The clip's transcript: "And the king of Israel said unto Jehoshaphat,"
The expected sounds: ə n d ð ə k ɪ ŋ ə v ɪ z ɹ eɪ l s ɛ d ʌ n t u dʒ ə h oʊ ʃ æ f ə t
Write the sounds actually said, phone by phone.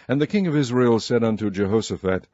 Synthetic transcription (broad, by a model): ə n ð ə k ɪ ŋ ə v ɪ z ɹ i l s ɛ d ʌ n t u dʒ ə h oʊ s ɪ f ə t